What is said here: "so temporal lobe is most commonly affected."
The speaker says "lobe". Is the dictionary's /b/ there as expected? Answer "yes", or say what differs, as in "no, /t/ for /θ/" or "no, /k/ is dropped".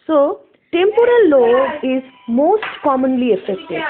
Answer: no, /b/ is dropped